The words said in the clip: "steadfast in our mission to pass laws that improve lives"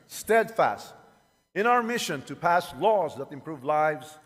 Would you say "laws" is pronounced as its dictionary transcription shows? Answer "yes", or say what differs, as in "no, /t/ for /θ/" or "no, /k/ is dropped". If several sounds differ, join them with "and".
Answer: yes